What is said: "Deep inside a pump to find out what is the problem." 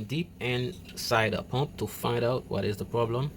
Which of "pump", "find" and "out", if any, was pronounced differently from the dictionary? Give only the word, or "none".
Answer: none